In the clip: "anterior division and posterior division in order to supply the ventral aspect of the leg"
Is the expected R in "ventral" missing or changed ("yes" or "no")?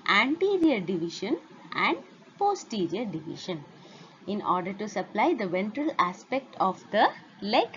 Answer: no